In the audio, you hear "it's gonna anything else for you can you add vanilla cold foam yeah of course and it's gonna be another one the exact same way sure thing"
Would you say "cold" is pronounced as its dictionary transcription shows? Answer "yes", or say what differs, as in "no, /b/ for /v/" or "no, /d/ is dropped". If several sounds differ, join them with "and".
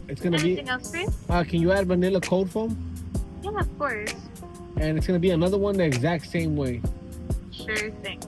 no, /l/ is dropped